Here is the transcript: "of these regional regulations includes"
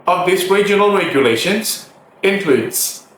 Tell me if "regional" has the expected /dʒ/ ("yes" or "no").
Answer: yes